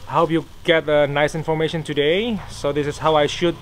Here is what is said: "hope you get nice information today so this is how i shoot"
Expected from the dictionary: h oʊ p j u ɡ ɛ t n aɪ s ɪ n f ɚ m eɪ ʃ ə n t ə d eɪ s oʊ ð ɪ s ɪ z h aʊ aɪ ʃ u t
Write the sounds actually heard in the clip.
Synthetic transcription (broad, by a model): h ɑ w j u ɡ ɛ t n aɪ s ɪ n f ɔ m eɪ ʃ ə n t ə d eɪ s oʊ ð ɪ s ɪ s h aʊ aɪ ʃ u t